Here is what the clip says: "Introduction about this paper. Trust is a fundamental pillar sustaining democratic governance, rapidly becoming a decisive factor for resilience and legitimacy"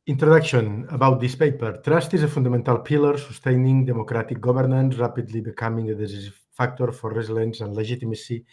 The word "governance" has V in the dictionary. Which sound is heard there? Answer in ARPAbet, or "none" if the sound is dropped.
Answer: B